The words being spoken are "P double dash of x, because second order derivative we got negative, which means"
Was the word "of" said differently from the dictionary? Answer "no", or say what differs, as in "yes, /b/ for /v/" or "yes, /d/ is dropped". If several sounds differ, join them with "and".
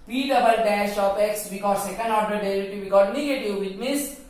yes, /p/ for /v/